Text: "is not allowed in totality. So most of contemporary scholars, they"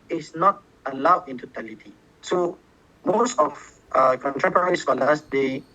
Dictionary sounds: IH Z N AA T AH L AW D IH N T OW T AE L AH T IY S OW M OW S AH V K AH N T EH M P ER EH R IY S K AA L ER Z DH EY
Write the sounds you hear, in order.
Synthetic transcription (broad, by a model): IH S N AA T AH L AW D IH N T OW T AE L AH T IY S OW M OW S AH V K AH N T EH P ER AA R IY S K AA L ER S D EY